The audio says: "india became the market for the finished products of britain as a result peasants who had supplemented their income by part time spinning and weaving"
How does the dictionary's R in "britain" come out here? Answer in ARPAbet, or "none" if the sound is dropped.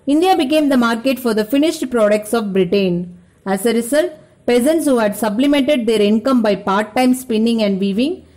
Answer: R